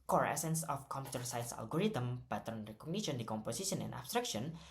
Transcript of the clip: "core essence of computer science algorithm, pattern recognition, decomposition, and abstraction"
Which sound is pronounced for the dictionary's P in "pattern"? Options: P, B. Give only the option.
B